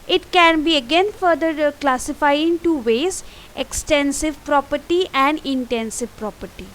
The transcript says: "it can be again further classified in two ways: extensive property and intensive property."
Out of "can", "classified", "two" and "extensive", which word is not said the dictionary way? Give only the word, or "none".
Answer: classified